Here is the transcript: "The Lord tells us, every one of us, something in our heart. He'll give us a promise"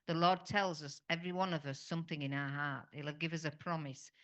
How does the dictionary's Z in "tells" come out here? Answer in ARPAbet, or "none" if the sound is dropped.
Z